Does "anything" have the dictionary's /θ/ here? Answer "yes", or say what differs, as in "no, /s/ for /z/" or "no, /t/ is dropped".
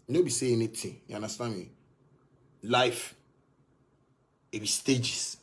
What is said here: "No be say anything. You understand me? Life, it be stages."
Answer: no, /t/ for /θ/